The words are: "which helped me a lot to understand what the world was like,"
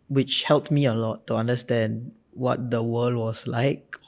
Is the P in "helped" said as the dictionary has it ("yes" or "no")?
yes